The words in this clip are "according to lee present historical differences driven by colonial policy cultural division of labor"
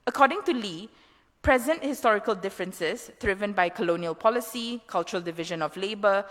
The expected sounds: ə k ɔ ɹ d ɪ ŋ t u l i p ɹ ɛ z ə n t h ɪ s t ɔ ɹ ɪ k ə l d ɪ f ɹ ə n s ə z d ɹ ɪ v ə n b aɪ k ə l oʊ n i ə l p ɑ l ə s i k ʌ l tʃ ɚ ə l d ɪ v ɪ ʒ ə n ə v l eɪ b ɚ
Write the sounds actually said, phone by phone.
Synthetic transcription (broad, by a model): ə k ɔ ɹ d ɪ ŋ t u l i p ɹ ɛ z ə n t h ɪ s t ɔ ɹ ɪ k ə l d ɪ f ɹ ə n s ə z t ɹ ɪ v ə n b aɪ k ə l oʊ n i ə l p ɑ l ə s i k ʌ l tʃ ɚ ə l d ɪ v ɪ ʒ ə n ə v l eɪ b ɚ